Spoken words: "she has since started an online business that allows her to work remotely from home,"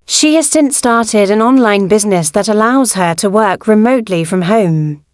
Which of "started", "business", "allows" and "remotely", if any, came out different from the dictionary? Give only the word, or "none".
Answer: none